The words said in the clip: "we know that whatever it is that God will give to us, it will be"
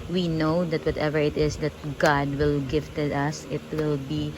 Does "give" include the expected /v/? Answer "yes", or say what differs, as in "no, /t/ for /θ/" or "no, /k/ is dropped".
no, /f/ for /v/